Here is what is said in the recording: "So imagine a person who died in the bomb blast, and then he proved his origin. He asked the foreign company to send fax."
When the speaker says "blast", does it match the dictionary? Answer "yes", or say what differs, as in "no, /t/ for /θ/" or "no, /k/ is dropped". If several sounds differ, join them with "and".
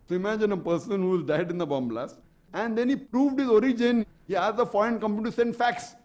no, /t/ is dropped